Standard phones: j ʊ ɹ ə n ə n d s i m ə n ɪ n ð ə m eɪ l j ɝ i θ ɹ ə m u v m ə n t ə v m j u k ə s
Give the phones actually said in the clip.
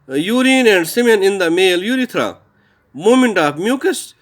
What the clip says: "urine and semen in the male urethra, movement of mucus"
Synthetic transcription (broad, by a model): j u ɹ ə n ə n d s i m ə n ɪ n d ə m eɪ l j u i t ɹ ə m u m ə n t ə f m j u k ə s